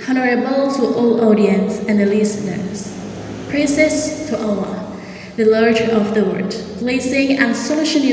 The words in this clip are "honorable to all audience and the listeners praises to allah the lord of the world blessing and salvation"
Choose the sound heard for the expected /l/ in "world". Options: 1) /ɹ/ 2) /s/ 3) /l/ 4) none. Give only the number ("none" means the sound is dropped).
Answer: 4